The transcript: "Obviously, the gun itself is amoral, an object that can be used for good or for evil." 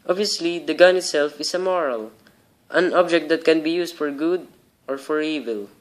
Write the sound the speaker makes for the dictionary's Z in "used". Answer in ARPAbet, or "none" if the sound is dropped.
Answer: S